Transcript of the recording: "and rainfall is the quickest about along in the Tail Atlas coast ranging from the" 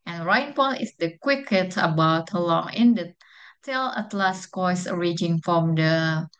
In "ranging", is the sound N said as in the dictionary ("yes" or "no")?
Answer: no